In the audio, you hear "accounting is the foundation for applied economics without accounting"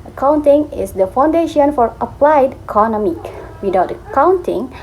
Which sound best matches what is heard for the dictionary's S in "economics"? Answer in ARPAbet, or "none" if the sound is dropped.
none